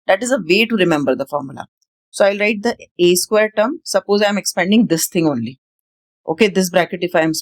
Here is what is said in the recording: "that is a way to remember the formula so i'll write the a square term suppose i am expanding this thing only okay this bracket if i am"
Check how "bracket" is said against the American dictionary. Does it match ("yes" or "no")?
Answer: yes